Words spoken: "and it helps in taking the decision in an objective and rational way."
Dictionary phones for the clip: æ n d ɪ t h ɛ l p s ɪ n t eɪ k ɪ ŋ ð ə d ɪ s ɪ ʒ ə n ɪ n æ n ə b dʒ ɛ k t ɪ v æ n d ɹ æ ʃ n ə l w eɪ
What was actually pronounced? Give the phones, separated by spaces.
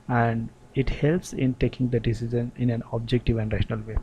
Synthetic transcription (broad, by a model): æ n d ɪ t h ɛ l p s ɪ n t eɪ k ɪ ŋ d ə d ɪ s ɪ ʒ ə n ɪ n æ n ə b dʒ ɛ k t ɪ v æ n d ɹ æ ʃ n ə l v eɪ